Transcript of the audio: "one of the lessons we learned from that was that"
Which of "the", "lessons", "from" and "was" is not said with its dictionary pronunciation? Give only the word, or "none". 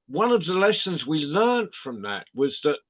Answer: none